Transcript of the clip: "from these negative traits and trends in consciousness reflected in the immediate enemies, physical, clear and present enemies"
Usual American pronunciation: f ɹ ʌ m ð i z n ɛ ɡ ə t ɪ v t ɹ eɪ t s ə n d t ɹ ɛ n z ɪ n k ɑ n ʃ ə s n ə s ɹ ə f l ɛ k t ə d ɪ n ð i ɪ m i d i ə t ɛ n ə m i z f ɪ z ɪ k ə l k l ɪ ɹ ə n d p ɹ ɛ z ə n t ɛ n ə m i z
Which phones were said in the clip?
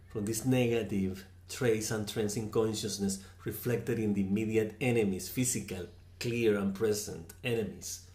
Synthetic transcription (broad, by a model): f ɹ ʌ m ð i s n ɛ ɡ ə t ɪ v t ɹ eɪ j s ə n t ɹ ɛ n s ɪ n k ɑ n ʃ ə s n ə s ɹ ə f l ɛ k t ə d ɪ n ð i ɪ m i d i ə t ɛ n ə m i s f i s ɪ k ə l k l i ɹ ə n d p ɹ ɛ s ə n t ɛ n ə m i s